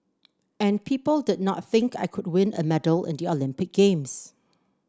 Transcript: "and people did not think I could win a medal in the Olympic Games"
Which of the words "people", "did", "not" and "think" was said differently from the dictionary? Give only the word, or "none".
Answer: none